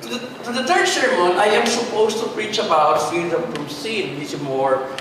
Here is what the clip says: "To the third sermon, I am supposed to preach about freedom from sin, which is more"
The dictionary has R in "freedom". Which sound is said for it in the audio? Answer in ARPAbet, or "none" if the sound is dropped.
none